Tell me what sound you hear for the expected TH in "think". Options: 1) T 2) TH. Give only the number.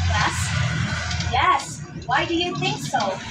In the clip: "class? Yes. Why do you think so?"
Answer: 2